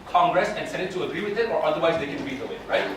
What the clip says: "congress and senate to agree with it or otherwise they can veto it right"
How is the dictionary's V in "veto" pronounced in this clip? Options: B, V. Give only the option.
B